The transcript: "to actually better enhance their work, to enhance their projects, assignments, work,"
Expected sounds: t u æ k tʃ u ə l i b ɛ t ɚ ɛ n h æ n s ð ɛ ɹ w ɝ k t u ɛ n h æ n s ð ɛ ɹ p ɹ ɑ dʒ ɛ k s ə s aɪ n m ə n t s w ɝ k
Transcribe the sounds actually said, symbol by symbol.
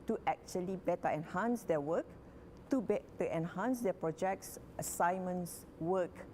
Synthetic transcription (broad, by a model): t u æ k tʃ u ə l i b ɛ t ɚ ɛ n h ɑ n s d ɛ w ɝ k t u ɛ n h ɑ n s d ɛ p ɹ ɑ dʒ ɛ k s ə s aɪ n m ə n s w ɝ k